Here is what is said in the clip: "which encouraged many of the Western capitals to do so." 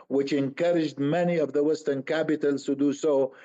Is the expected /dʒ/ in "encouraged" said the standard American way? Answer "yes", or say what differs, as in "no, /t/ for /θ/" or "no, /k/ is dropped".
yes